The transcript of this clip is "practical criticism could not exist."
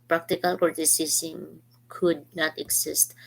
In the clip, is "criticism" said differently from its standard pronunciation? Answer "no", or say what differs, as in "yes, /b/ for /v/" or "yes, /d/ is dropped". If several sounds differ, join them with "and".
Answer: yes, /s/ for /z/